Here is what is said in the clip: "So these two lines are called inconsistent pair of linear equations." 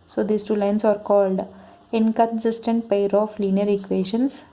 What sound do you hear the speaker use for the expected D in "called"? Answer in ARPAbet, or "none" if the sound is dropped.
D